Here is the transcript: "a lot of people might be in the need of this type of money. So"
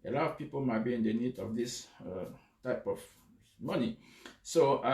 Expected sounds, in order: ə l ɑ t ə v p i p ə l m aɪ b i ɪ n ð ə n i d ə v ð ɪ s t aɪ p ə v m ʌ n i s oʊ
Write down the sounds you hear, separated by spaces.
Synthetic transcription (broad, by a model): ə l ɑ t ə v p i p ə l m aɪ b i ɪ n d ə n i d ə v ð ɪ s t aɪ p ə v m ʌ n i s oʊ